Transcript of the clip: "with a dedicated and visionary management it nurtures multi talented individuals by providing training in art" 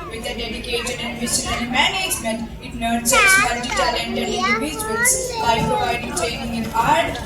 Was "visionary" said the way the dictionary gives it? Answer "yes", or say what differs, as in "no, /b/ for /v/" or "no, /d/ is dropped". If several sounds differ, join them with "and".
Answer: no, /ʃ/ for /ʒ/